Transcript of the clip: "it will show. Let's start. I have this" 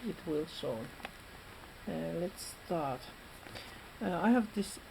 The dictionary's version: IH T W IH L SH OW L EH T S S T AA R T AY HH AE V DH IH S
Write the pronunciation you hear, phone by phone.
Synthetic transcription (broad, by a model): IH T W IH L S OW L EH T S S T AA R T AY HH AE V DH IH S